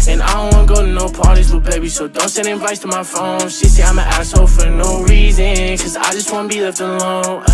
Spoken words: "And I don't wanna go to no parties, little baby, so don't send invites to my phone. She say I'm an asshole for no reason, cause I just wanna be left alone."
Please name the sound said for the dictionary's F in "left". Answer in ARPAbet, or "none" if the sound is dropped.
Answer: none